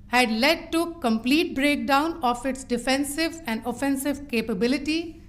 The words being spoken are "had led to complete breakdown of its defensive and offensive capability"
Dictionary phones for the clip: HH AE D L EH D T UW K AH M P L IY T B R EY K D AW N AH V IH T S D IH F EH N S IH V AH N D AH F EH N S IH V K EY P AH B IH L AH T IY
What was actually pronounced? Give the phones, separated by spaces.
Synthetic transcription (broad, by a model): HH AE D L EH D T UW K AH M P L IY T B R EY K D AW N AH F IH T S D IH F EH N S IH V AH N D AH F EH N S IH V K EY P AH B IH L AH T IY